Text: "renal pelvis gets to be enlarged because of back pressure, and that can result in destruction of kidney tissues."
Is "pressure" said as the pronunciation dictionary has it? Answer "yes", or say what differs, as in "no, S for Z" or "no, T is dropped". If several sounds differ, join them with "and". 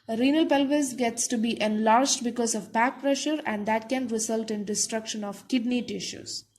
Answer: yes